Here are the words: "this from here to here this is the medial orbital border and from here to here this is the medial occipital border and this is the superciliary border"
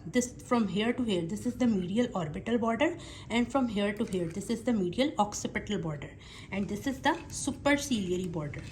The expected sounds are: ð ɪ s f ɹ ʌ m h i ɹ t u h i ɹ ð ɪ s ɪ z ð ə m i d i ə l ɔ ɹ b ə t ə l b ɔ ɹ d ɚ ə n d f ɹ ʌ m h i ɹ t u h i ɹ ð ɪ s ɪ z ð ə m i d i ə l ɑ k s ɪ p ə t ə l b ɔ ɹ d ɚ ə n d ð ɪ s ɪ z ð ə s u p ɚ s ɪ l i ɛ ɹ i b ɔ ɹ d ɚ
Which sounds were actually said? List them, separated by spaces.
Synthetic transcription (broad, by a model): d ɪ s f ɹ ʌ m h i ɹ t u h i ɹ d ɪ s ɪ z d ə m i d i ə l ɔ ɹ b ə t ə l b ɔ ɹ d ɚ ə n d f ɹ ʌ m h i ɹ t u h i ɹ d ɪ s ɪ z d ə m i d i ə l ɑ k s ɪ p ə t ə l b ɔ ɹ d ɚ ə n d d ɪ s ɪ z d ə s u p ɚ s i l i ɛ ɹ i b ɔ ɹ d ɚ